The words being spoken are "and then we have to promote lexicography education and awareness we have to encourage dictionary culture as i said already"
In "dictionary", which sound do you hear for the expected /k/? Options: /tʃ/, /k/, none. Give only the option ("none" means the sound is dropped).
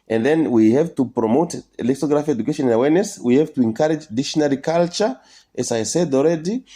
none